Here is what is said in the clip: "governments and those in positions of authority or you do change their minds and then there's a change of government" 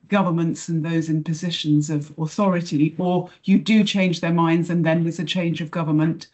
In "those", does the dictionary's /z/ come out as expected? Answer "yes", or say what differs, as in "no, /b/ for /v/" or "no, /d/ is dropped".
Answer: yes